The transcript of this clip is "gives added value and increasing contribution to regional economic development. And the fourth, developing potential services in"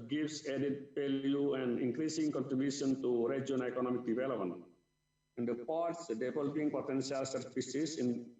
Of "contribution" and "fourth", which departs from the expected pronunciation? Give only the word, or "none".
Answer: fourth